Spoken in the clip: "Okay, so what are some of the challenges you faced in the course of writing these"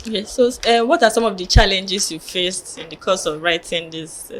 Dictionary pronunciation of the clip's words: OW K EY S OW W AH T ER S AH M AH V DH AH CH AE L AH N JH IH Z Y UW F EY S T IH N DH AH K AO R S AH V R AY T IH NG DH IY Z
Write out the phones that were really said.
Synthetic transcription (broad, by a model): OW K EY S OW W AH T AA S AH M AH V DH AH CH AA L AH N JH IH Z Y UW F EY S T IH N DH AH K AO S AH V R AY T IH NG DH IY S